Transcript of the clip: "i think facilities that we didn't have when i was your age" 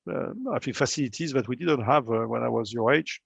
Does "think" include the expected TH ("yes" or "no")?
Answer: no